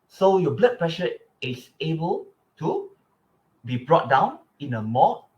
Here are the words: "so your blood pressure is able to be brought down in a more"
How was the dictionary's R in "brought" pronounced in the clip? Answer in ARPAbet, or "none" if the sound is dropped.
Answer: R